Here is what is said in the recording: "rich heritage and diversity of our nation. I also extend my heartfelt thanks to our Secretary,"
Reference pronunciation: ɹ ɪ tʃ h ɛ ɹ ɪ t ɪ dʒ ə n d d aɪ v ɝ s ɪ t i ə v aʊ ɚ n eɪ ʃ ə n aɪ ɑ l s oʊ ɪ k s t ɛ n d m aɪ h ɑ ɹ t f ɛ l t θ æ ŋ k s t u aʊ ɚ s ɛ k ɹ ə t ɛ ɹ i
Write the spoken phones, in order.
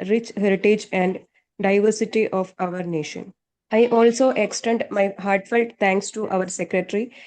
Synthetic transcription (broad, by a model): ɹ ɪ tʃ h ɛ ɹ ɪ t ɪ dʒ ə n d d aɪ v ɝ s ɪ t i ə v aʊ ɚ n eɪ ʃ ə n aɪ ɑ l s oʊ ɪ k s t ɛ n d m aɪ h ɑ ɹ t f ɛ l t t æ ŋ k s t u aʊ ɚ s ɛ k ɹ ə t ɹ i